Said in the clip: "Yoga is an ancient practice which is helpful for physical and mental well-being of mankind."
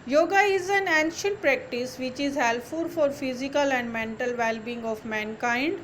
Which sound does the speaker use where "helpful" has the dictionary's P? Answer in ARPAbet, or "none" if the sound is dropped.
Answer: none